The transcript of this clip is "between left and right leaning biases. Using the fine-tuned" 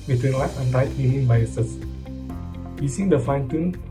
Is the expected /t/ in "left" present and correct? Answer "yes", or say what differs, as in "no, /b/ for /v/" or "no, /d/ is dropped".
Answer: no, /t/ is dropped